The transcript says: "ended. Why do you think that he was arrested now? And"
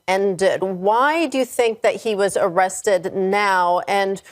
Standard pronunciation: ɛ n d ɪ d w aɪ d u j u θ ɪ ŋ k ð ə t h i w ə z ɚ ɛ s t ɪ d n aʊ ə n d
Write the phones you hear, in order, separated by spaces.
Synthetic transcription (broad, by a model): ɛ n d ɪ d w aɪ d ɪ j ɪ θ ɪ ŋ k ð ə t h i w ə z ɚ ɛ s t ɪ d n aʊ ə n